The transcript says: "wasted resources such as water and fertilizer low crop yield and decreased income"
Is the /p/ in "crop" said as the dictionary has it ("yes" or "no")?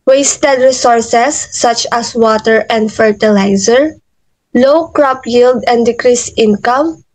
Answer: yes